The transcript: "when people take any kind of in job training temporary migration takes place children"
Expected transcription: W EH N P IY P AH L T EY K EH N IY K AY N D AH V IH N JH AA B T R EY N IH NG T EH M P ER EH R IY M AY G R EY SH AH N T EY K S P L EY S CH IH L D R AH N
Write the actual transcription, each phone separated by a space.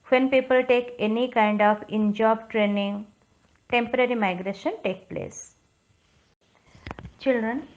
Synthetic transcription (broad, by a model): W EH N P IY P AH L T EY K EH N IY K AY N D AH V IH N JH AA B T R EY N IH NG T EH M P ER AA R IY M AY G R EY SH AH N T EY K P L EY S CH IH L D R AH N